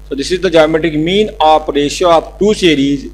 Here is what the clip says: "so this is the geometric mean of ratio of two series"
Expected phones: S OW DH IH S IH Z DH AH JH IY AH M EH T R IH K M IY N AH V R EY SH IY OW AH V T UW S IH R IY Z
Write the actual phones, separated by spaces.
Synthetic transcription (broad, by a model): S OW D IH S IH Z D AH JH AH M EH T IH K M IY N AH P R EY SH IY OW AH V T UW S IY R IY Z